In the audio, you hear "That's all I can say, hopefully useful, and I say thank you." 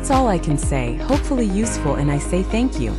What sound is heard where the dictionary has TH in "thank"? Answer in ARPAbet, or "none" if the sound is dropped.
TH